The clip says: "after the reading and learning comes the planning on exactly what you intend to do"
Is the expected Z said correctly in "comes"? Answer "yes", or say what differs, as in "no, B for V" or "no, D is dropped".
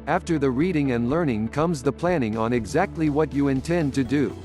yes